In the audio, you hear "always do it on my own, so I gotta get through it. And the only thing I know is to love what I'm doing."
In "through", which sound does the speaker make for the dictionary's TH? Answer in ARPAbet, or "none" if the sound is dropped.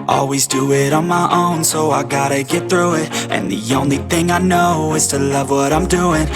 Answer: TH